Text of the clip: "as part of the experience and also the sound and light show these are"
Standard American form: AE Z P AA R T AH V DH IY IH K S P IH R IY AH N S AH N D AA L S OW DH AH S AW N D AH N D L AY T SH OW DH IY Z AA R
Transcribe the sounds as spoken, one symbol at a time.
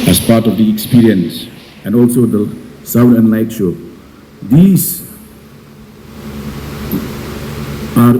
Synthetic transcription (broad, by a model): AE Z P AA R T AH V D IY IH K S P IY R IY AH N S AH N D AA L S OW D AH S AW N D AH N D L AY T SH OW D IY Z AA R